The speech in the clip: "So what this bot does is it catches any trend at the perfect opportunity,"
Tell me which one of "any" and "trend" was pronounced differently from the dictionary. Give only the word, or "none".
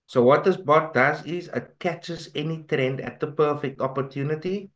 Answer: none